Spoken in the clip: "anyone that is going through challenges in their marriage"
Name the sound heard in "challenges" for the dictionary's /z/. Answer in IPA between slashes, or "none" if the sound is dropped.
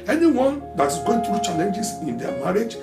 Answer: /s/